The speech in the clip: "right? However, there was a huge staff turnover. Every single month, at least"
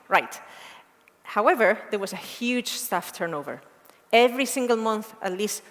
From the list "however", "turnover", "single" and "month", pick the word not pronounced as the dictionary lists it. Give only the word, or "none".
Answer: none